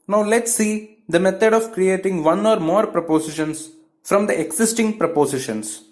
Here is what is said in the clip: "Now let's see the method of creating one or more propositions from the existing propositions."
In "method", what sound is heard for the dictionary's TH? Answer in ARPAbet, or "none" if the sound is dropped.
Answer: T